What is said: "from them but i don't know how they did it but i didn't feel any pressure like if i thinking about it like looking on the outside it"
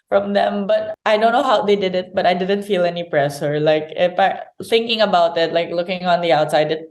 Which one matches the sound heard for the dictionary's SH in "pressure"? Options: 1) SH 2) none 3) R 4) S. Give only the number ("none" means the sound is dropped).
4